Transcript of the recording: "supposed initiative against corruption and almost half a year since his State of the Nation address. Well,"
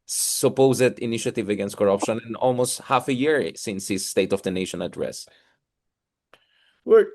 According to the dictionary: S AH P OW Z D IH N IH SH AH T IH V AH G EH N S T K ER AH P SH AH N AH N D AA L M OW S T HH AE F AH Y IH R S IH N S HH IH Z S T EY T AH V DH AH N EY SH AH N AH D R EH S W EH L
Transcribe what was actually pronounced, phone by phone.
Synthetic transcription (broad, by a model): S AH P OW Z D IH N IH SH AH T IH V AH G EH N S T K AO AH P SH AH N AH N AA L M OW S T HH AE F AH Y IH R S IH N S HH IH S T EY T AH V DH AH N EY SH AH N AH D R EH S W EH